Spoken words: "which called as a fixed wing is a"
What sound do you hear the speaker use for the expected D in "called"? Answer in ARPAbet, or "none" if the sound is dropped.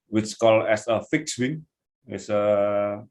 none